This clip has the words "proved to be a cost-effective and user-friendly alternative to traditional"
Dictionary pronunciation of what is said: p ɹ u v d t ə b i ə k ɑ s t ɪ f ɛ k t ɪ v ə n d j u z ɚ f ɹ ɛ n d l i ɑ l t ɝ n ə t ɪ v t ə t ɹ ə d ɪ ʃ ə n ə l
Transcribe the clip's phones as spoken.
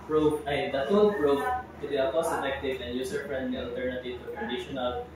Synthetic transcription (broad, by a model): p ɹ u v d t ə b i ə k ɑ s ɪ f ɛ k t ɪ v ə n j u s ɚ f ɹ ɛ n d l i ɑ l t ɝ n ə t ɪ v t ə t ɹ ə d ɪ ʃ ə n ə l